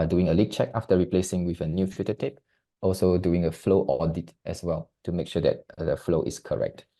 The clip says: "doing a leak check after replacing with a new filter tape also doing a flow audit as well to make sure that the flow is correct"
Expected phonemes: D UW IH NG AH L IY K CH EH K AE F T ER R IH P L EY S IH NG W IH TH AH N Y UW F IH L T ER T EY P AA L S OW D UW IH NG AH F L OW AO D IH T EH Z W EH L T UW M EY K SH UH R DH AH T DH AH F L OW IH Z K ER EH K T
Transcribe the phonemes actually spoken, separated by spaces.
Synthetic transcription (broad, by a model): D UW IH NG AH L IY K CH EH K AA F T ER R IH P L EY S IH NG W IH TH AH N Y UW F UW T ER T EY P AA L S OW D UW IH NG AH F L OW AO D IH T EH S W EH L T UW M EY K SH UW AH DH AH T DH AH F L OW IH S K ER EH K T